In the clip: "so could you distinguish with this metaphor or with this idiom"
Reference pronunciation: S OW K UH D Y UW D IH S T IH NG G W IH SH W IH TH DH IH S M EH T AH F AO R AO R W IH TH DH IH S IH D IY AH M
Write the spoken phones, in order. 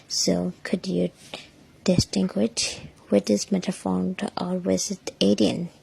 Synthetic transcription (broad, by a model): S OW K UH D Y UW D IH S T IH NG G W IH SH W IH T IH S M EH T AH F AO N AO L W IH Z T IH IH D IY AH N